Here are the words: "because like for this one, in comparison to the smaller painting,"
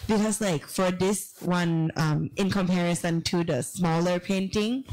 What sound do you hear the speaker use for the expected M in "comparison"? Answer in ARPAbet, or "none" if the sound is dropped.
M